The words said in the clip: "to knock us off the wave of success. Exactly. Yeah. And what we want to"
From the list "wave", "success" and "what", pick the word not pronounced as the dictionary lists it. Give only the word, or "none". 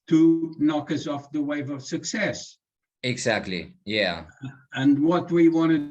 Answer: none